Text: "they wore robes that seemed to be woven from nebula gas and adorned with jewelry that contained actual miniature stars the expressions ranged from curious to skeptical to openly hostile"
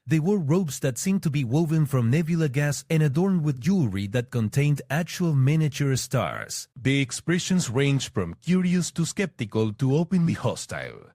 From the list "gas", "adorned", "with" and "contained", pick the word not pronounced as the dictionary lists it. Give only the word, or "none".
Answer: none